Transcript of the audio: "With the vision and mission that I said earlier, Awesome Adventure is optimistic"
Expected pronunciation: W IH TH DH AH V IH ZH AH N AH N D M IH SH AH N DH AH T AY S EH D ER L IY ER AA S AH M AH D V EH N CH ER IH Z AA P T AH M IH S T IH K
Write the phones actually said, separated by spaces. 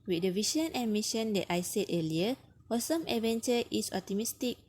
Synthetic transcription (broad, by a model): W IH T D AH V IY SH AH N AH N M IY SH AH N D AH T AY S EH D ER L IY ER AA S AH M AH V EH N CH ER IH S AA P T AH M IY S T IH K